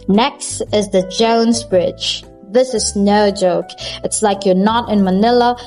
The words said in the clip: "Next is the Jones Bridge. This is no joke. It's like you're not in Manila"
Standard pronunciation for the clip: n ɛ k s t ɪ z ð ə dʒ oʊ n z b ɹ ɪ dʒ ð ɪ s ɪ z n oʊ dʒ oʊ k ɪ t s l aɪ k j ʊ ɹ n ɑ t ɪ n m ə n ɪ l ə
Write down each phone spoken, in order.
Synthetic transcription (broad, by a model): n ɛ k s t ɪ z ð ə dʒ oʊ n z b ɹ ɪ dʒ ð ɪ s ɪ z n oʊ dʒ oʊ k ɪ t s l aɪ k j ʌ ɹ n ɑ t ɪ n m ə n ɪ l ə